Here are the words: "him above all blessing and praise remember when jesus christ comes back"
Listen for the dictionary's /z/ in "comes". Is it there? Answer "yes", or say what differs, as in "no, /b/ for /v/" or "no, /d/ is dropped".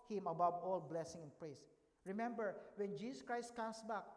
no, /s/ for /z/